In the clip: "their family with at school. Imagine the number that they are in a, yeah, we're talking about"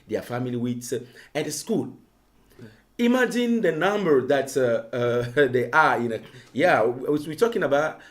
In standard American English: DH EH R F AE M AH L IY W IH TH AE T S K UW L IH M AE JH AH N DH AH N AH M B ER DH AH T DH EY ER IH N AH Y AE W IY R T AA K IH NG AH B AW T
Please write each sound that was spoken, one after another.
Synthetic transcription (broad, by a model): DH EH F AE M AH L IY W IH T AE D S K UW L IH M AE JH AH N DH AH N AH M B ER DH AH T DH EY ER IH N AH Y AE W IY W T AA K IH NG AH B AW T